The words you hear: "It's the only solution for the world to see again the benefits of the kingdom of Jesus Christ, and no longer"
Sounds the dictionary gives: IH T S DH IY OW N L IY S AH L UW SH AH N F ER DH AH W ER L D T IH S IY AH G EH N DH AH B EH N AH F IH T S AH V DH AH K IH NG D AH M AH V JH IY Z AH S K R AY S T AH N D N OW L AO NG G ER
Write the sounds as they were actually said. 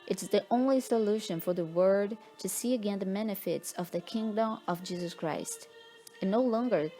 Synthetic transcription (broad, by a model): IH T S DH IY OW N L IY S AH L UW SH AH N F ER DH AH W ER D T IH S IY AH G EH N DH AH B EH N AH F IH T S AH V DH AH K IH NG D AH M AH V JH IY Z AH S K R AY S T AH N N OW L AO NG G ER